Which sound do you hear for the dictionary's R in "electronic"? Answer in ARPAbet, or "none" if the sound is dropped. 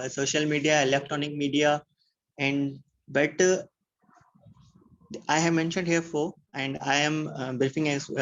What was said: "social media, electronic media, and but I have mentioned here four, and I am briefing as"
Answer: none